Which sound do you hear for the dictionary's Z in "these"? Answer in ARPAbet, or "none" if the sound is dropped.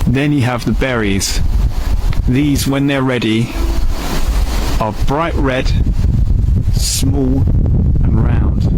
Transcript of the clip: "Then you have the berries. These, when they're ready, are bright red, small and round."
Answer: Z